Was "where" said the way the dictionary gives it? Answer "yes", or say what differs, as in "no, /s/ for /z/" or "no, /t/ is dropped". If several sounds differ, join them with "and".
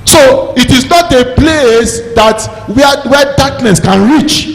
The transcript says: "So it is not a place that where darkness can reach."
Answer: no, /w/ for /ɹ/